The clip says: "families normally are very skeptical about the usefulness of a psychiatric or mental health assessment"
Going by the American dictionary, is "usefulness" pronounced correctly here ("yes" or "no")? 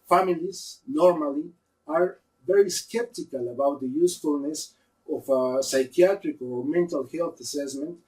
yes